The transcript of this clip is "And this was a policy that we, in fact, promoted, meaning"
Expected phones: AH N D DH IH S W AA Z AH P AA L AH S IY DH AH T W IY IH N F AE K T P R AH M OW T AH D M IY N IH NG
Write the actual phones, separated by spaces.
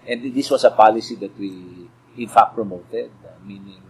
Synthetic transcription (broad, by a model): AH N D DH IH S W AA S AH P AA L AH S IY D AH T W IY IH N F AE K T P R AH M OW T AH D M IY N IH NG